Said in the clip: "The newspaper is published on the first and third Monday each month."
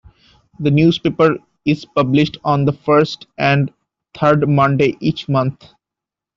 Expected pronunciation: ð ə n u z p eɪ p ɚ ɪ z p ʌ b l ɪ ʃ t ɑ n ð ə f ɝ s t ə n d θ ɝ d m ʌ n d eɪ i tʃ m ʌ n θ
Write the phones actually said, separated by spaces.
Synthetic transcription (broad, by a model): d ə n u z p eɪ p ɚ ɪ z p ʌ b l ɪ ʃ t ɑ n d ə f ɝ s t ə n d t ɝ d m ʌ n d eɪ i tʃ m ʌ n t